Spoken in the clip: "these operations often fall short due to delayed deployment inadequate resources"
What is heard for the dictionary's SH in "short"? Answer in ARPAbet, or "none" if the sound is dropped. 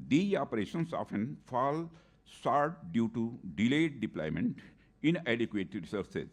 S